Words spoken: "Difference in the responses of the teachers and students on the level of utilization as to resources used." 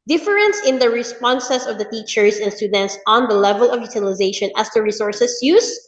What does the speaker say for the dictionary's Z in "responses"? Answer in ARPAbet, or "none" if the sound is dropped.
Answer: S